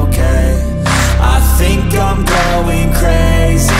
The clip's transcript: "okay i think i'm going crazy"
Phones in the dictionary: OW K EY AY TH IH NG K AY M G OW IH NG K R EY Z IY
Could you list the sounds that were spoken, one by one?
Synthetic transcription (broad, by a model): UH K EY AY TH IH NG K AY M G OW IH NG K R EY Z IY